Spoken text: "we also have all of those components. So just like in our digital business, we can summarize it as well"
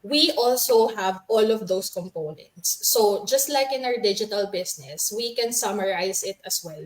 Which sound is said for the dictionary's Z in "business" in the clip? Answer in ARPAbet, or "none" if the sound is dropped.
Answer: S